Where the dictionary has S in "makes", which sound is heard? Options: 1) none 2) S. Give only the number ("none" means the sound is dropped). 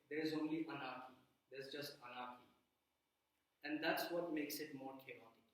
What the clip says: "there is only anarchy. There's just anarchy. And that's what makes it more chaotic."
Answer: 2